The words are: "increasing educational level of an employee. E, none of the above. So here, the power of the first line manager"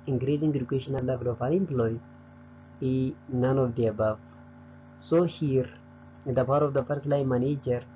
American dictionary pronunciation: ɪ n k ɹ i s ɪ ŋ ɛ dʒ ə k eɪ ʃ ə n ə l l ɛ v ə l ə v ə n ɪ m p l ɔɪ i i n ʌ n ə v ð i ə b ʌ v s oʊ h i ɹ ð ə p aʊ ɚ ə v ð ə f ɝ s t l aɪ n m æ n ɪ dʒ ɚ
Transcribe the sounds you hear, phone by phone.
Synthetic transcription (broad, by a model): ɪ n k ɹ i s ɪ ŋ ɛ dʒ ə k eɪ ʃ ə n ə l l ɛ v ə l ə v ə l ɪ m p l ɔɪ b i n ʌ n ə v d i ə b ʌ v s oʊ h i ɹ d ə p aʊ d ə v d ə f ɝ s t l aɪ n m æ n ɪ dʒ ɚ